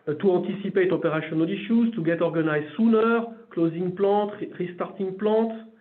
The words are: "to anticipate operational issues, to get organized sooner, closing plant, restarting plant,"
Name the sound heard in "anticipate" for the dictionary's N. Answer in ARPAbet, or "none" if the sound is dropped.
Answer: none